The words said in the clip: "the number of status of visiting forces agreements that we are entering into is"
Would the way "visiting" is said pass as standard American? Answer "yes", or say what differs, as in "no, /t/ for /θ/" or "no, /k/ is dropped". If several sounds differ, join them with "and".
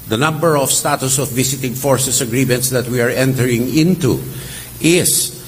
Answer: no, /s/ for /z/